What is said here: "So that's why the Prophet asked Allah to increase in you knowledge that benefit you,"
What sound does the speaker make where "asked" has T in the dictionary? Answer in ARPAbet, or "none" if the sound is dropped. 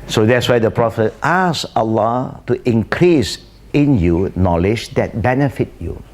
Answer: none